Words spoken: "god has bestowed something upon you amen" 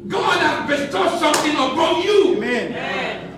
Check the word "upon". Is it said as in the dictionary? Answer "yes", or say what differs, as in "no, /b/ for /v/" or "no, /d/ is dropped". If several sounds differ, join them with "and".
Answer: no, /b/ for /p/